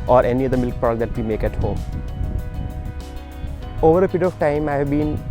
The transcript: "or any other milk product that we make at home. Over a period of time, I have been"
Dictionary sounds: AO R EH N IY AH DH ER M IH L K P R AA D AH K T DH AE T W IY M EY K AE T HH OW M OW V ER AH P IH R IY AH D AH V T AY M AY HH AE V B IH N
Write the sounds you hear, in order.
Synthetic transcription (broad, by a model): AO R EH N IY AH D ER M IH L K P AA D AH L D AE T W IY M EY K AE T HH OW M OW V ER AH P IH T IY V T AY M AY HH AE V B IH N